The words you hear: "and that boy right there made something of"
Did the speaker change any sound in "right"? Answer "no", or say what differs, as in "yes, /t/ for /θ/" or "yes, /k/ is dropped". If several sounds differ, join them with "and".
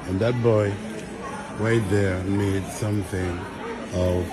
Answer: yes, /w/ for /ɹ/